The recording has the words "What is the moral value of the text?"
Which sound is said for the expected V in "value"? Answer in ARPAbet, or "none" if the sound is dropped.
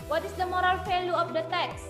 F